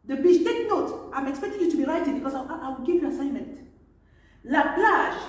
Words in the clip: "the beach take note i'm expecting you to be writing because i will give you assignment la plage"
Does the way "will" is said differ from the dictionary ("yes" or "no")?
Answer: yes